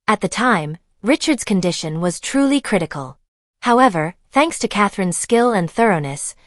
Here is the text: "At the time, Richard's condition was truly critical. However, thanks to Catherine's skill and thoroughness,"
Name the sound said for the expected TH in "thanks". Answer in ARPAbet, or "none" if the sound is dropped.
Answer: TH